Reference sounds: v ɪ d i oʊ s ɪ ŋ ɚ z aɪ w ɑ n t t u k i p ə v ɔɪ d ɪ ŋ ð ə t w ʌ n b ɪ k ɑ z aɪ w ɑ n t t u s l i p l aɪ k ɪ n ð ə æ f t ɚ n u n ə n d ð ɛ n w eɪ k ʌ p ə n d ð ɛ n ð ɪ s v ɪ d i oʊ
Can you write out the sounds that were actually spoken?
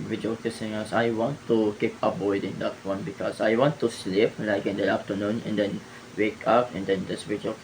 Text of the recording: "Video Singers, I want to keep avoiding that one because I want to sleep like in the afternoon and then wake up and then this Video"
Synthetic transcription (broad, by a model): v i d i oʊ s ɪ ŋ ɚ s aɪ w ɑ n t t u k i p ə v ɔɪ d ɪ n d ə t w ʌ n b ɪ k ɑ s aɪ w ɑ n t t u s l i p l aɪ k ɪ n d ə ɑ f t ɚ n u n ə n d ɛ n w eɪ k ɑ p ə n d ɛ n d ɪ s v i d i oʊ